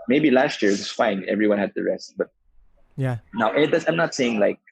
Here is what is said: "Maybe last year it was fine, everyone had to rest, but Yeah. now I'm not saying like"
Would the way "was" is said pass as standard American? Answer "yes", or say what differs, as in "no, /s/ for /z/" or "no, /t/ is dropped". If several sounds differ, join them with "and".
no, /s/ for /z/